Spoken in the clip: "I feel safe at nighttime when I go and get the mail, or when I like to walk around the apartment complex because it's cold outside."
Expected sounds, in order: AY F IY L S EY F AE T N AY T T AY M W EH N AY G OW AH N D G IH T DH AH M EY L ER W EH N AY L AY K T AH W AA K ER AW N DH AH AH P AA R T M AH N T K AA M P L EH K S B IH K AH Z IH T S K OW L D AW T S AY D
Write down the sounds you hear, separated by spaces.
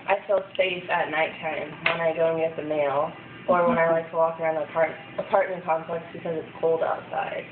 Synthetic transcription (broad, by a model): AY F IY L S EY IH T N AY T T AY M W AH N AY G OW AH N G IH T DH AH M EY L ER W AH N AY L AY K T AH W AA K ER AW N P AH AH P AA R T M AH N K AA M P L EH K S B IH K AH Z IH T S K OW L D AW T S AY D